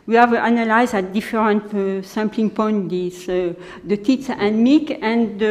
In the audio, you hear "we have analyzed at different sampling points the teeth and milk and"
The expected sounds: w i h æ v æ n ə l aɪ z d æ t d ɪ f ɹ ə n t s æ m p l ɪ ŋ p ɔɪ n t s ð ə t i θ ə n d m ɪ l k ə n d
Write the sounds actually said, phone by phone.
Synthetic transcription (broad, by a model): w i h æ v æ n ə l aɪ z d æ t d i f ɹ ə n t s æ m p l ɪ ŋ p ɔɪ n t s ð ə t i s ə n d m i k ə n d